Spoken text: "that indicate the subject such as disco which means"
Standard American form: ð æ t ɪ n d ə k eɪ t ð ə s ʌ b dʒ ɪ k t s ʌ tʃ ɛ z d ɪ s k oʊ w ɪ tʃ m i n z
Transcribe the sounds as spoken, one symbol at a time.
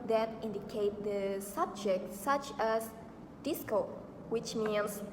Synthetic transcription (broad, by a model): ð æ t ɪ n d ə k eɪ t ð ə s ʌ b dʒ ɪ k t s ʌ tʃ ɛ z d ɪ s k oʊ w ɪ tʃ m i n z